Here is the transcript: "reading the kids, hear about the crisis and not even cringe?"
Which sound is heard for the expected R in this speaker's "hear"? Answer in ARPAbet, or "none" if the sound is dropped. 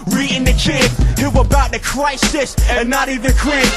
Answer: W